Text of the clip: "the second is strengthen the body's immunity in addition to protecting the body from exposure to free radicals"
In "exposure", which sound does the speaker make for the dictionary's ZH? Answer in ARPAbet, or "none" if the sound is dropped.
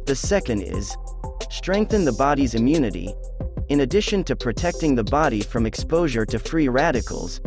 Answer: ZH